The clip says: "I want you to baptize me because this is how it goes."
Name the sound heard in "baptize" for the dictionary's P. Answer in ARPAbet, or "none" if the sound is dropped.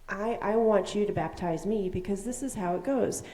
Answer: P